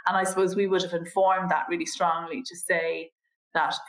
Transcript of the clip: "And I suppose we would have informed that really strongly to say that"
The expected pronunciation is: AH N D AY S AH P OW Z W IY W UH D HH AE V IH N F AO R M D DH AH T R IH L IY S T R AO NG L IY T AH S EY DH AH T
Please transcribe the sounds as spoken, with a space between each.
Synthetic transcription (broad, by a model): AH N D AY S AH P OW Z W IY W UH D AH V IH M F AO R M DH AH T R IH L IY S T R AO NG L IY T AH S EY DH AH T